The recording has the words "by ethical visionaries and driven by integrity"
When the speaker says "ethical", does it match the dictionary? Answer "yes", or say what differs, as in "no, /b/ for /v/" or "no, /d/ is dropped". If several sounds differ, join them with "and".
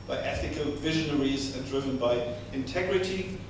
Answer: yes